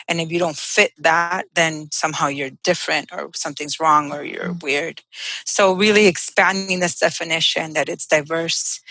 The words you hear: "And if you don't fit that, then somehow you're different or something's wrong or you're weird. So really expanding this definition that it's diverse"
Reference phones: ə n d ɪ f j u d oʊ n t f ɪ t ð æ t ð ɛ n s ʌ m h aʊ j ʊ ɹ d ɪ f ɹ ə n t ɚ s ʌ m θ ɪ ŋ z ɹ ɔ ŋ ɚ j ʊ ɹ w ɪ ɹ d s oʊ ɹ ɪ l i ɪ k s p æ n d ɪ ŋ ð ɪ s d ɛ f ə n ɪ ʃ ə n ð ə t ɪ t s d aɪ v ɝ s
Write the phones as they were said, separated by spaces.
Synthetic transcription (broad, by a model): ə n ɪ f j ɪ d oʊ n t f ɪ t ð æ t ð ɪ n s ʌ m h aʊ j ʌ ɹ d ɪ f ɹ ə n t ɚ s ʌ m θ ɪ ŋ z ɹ ɔ ŋ ɚ j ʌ ɹ w ɪ ɹ d s oʊ ɹ ɪ l i ɪ k s p æ n d ɪ ŋ ð ɪ s d ɛ f ə n ɪ ʃ ə n ð ə t ɪ t s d aɪ v ɝ s